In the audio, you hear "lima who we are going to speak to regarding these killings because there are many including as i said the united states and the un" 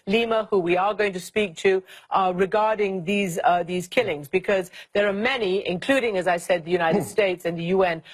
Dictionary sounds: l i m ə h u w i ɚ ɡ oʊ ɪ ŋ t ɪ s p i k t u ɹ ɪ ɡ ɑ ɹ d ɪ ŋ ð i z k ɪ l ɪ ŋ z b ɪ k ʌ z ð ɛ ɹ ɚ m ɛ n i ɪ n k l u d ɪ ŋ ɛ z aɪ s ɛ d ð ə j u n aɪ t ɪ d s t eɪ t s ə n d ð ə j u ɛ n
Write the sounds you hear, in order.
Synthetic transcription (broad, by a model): l i m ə h u w i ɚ ɡ oʊ ɪ ŋ t ɪ s p i k t u ɹ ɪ ɡ ɑ ɹ d ɪ ŋ ð i z k ɪ l ɪ ŋ z b ɪ k ʌ z ð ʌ ɹ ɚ m ɛ n i ɪ n k l u d ɪ ŋ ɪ z aɪ s ɛ d ð ə j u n aɪ t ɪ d s t eɪ t s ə n ð ə j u ɛ n